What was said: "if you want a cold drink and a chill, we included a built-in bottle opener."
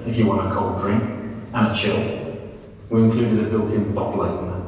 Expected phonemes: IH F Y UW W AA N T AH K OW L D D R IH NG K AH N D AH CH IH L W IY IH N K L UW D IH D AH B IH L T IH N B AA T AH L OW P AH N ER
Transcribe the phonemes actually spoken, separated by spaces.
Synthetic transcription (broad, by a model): IH F Y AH W AA N T AH K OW L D D R IH NG K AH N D AH CH IH L W IY IH N K L UW D IH D AH B IH L T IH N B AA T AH L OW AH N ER